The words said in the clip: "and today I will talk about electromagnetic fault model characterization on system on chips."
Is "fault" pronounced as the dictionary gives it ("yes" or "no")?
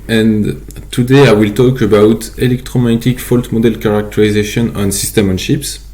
yes